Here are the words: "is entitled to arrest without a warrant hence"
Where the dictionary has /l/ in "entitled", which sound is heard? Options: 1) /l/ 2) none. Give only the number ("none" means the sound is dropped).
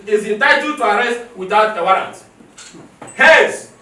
2